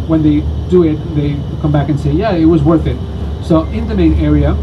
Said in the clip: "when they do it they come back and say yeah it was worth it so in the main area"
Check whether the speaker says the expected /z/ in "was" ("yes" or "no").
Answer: yes